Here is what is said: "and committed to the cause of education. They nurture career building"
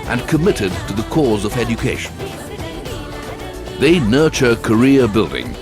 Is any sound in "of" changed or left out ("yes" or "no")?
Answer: no